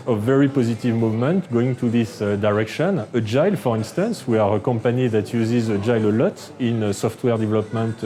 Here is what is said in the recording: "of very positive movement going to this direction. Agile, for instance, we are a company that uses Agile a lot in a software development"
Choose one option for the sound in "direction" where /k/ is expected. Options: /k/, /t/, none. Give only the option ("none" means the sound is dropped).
/k/